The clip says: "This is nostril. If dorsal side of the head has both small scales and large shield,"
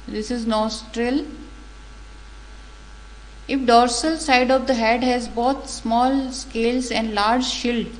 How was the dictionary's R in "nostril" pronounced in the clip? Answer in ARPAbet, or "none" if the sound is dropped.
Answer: R